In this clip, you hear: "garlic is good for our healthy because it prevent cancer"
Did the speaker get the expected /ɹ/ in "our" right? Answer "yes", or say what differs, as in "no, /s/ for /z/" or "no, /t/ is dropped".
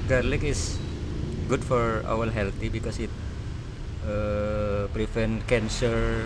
no, /l/ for /ɹ/